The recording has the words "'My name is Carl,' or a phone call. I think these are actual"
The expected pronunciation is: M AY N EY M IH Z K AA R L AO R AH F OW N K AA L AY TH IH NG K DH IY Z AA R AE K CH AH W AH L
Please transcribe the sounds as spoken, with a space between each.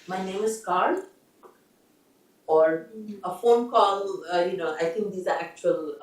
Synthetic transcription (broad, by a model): M AY N EY M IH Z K AA R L AO R AH F OW N K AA L AY T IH NG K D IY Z AA R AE K CH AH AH L